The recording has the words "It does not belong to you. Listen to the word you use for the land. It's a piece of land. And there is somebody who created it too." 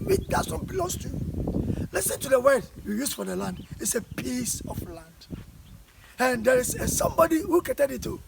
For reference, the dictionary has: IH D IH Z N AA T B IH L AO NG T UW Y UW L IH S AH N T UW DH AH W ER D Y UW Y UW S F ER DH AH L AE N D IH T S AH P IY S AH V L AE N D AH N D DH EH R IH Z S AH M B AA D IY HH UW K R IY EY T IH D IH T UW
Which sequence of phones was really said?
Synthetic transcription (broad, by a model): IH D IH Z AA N B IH L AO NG T UW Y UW L IH S AH N T UW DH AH W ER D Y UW Y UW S F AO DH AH L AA N D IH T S AH P IY S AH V L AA N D AH N D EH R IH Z S AH M B AA D IY HH UW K IY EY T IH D IH T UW